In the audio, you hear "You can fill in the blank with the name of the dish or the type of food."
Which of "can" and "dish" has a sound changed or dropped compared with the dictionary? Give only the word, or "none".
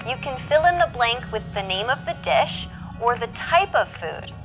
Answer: none